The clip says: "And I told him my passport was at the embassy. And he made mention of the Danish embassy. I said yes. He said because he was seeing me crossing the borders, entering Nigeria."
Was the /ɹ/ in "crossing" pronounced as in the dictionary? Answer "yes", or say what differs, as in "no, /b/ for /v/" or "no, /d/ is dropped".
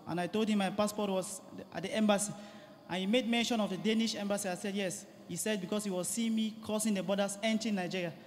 no, /ɹ/ is dropped